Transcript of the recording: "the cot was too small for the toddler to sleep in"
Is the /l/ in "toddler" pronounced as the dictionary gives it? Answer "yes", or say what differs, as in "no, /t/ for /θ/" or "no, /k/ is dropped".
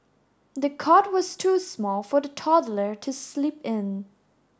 yes